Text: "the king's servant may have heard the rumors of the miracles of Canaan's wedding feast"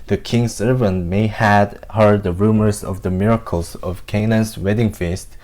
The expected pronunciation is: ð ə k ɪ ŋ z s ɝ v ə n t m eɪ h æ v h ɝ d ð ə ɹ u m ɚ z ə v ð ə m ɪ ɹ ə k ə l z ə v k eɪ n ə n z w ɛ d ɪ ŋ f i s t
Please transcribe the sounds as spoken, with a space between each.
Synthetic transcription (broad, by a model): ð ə k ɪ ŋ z s ɝ v ə n t m eɪ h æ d h ɝ d ð ə ɹ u m ɚ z ə v ð ə m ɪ ɹ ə k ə l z ə v k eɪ n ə n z w ɛ d ɪ ŋ f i s t